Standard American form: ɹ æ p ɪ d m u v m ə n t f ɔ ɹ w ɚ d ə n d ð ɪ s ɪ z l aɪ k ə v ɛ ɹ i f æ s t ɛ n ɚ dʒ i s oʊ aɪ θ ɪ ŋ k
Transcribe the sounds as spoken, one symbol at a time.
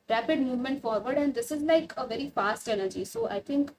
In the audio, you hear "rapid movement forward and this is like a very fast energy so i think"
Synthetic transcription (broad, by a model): ɹ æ p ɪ d m u v m ə n t f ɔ ɹ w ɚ d ə n d ɪ s ɪ z l aɪ k ə v ɛ ɹ i f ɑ s t ɛ n ɚ dʒ i s oʊ aɪ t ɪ ŋ k